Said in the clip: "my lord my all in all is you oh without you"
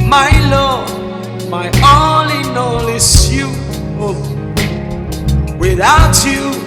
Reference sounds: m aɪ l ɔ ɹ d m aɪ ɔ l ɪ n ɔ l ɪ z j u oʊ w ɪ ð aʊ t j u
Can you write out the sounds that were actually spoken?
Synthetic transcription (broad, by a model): m aɪ l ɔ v m aɪ ɔ l ɪ n ɔ l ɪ s j u oʊ w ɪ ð aʊ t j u